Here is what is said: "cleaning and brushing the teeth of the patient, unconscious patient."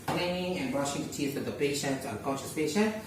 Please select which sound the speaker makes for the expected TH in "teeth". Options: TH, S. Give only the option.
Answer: S